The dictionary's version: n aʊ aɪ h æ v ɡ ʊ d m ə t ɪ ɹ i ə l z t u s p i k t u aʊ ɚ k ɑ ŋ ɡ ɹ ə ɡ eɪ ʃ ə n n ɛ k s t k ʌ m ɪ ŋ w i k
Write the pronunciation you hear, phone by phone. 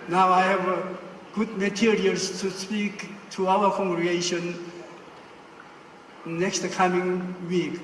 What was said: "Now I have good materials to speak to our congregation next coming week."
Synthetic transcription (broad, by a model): n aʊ aɪ h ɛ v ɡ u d m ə t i ɹ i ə l s t u s p i k t u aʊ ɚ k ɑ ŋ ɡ ɹ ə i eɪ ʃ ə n n ɛ k s t k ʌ m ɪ ŋ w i k